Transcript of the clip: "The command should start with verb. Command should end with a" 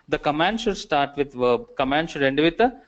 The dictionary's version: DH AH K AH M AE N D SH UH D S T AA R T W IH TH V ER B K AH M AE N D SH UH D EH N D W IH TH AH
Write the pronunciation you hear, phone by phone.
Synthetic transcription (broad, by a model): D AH K AH M AE N D SH UH D S T AA R T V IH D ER K AH M AE N D SH UH D EH N D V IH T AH